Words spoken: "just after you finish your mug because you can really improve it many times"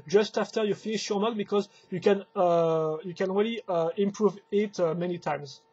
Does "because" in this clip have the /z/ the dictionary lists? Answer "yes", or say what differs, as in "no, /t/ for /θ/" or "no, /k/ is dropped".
yes